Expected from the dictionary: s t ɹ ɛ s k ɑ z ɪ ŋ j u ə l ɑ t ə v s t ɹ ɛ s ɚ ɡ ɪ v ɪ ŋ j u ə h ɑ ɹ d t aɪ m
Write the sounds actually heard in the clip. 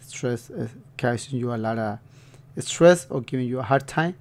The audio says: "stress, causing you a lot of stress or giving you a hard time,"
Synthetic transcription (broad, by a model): s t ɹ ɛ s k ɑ s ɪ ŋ j u ə l ɑ t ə s t ɹ ɛ s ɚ ɡ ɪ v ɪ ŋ j u ə h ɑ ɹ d t aɪ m